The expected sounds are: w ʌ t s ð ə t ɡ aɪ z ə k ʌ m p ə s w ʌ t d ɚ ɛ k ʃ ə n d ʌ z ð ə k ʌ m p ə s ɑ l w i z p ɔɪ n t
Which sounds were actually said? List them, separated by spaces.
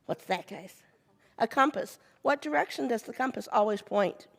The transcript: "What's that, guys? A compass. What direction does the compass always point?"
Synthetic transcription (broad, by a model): w ʌ t s ð ə t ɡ aɪ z ə k ʌ m p ə s w ʌ t d ɚ ɛ k ʃ ə n d ʌ z ð ə k ʌ m p ə s ɑ l w i z p ɔɪ n t